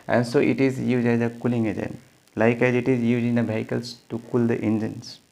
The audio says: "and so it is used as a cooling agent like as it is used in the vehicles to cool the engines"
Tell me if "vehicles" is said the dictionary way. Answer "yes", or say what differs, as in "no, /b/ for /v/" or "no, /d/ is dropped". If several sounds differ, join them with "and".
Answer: no, /b/ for /v/